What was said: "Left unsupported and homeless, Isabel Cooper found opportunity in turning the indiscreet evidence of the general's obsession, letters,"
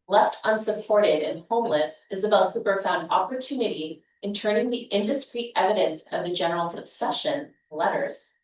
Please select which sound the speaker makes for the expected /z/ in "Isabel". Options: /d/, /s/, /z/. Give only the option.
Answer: /z/